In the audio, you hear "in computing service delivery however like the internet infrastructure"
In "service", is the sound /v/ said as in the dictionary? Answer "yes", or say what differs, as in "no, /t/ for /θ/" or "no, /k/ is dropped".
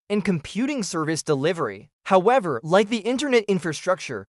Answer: yes